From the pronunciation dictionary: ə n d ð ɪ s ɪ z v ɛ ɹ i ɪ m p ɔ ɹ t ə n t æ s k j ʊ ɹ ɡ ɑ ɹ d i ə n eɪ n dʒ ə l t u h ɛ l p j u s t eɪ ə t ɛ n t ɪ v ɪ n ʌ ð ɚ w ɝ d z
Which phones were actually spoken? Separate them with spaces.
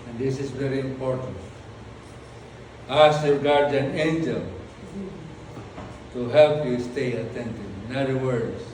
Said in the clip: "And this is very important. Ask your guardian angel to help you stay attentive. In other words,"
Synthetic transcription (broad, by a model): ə n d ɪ s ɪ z v ɛ ɹ i ɪ m p ɔ ɹ t ə n t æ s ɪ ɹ ɡ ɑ ɹ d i n eɪ n dʒ ə l t u h ɛ l p j u s t eɪ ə t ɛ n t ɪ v ɪ n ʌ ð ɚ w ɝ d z